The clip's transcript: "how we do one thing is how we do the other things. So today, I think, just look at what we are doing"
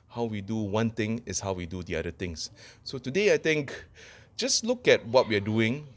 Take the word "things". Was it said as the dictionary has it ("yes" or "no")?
no